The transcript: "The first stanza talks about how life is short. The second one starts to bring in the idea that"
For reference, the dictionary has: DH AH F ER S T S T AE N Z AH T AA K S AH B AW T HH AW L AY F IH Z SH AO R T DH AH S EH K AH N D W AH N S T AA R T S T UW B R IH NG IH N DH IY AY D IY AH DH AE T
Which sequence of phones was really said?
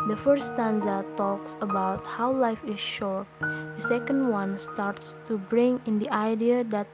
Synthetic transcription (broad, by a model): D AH F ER T S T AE N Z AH T AA K S AH B AW T HH AW L AY F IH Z SH AO R T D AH S EH K AH N D W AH N S T AA R T S T UW B R IH NG IH N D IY AY D IY AH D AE T